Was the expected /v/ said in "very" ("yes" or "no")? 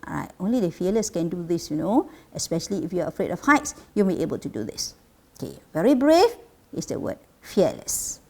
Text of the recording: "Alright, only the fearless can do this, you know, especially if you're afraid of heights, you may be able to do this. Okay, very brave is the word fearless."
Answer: yes